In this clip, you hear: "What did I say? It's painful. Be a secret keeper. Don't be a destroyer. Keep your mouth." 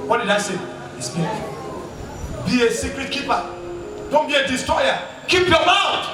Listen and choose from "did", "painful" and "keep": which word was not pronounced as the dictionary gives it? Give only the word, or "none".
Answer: painful